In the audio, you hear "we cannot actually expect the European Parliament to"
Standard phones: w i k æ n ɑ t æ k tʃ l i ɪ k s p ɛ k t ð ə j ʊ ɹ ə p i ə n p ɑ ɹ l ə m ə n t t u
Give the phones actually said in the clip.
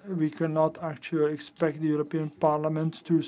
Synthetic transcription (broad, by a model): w i k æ n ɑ t æ k tʃ l i ɪ k s p ɛ k t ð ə j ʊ ɹ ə p i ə n p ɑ ɹ l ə m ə n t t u